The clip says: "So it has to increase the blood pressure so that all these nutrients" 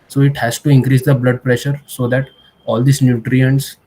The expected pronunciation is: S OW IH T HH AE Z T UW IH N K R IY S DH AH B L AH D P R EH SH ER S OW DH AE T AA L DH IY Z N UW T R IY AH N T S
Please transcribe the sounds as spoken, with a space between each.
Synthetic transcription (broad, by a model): S OW IH T HH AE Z T UW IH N K R IY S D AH B L AH D P R EH SH ER S OW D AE T AA L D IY S N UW T R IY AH N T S